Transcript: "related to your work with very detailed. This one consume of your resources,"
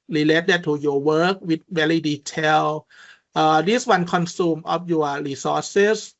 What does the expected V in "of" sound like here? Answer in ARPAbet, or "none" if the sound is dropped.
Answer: P